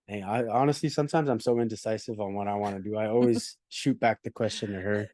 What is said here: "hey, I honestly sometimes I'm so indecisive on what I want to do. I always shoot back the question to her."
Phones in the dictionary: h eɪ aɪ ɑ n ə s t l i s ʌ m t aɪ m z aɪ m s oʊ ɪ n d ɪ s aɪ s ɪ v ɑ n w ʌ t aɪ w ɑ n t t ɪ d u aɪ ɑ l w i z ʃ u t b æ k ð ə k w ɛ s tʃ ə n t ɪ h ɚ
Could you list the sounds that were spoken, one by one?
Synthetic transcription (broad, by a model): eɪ aɪ ɑ n ə s t l i s ʌ m t aɪ m z aɪ m s oʊ ɪ n d ɪ s aɪ s ɪ v n w ʌ t aɪ w ɑ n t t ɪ d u aɪ ɑ l w i z ʃ u t b æ k ð ə k w ɛ s tʃ ə n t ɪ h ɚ